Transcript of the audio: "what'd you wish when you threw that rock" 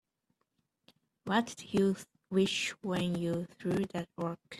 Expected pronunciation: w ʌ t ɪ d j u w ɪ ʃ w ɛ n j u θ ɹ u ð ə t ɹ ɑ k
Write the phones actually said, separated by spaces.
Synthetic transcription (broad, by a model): w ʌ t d j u w ɪ ʃ w ɛ n j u θ ɹ u ð ə t w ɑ k